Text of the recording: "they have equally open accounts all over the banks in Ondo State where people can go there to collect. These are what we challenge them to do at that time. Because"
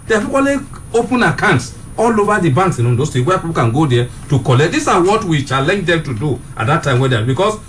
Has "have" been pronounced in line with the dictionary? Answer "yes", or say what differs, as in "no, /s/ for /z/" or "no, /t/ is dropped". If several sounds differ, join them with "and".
no, /p/ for /v/